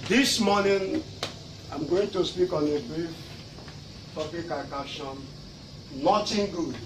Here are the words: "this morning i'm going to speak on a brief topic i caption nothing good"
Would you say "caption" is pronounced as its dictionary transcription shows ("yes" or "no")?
no